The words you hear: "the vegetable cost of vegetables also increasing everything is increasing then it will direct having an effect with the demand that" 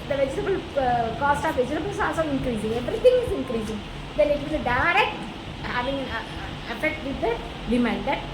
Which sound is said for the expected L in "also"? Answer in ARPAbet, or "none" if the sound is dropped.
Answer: none